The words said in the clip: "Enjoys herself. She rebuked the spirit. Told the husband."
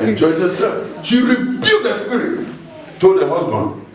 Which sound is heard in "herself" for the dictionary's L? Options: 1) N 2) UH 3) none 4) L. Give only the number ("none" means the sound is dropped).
3